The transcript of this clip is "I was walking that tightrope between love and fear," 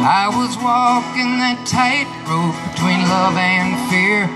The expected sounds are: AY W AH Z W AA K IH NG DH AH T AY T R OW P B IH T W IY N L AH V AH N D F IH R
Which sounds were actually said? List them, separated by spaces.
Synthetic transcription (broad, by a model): AY W AH Z W AA K IH NG DH AH T AY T R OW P B IH T W IY N L AH V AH N F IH R